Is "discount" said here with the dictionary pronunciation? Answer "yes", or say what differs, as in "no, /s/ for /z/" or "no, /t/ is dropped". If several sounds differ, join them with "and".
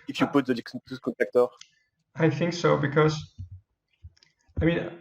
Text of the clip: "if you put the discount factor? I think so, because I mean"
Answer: no, /n/ is dropped